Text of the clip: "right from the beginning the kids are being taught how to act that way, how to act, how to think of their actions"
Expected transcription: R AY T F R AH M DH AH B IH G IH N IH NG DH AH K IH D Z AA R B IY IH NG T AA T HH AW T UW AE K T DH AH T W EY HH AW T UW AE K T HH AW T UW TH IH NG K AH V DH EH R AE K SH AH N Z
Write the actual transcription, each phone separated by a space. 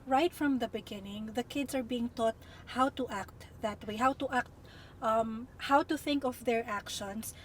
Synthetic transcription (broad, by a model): R AY T F R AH M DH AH B IH G IH N IH NG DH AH K IH D S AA R B IY IH NG T AA T HH AW T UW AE K T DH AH T W EY HH AW T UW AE K T HH AW T UW TH IH NG K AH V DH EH R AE K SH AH N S